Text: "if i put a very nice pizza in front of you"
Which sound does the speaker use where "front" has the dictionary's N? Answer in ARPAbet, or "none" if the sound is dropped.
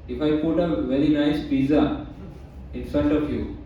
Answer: none